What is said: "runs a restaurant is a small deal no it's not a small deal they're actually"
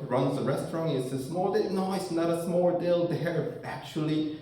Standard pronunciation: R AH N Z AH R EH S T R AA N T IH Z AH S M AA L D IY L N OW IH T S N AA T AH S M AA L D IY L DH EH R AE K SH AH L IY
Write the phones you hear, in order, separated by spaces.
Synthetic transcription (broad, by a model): R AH N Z AH R EH S T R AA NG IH S AH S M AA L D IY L N OW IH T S N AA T AH S M AA L D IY L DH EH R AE K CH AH L IY